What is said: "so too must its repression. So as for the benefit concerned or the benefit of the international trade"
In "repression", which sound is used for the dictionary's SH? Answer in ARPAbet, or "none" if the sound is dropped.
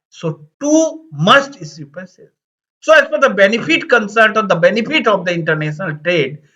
S